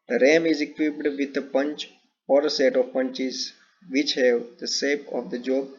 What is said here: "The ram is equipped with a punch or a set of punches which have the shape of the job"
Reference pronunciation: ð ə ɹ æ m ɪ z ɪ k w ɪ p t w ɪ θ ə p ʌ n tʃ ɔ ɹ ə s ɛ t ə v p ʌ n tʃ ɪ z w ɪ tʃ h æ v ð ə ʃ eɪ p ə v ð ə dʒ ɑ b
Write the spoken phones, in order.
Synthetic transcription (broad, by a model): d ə ɹ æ m ɪ z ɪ k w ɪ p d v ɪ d ə p ʌ n tʃ ɔ ɹ ə s ɛ t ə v p ʌ n tʃ ɪ z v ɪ tʃ h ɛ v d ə s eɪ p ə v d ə dʒ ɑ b